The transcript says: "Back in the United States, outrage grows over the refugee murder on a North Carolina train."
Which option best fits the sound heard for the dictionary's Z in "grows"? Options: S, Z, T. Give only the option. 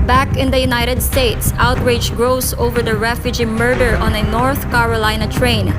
S